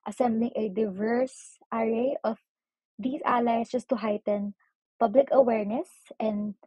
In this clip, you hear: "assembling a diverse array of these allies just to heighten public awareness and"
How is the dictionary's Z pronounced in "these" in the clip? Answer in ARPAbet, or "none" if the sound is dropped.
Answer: S